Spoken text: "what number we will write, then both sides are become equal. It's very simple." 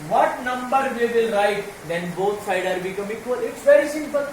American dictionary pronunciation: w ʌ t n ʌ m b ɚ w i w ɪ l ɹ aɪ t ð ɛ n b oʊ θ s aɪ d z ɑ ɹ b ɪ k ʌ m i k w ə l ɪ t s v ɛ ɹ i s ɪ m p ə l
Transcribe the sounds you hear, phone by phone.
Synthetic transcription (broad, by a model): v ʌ t n ʌ m b ɚ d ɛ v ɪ l ɹ aɪ t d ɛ n b oʊ t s aɪ d ɑ ɹ b ɪ k ʌ m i k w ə l ɪ t s v ɛ ɹ i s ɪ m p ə l